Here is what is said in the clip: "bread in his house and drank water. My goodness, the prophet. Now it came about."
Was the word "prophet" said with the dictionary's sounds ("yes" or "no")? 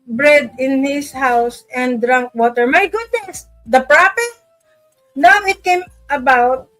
no